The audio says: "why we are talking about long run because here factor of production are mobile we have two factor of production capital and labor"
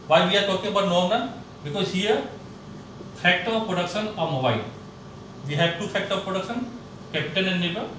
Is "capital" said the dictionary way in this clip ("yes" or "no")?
no